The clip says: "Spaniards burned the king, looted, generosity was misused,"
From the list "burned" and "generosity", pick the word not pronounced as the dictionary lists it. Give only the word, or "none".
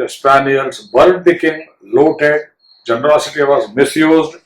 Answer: burned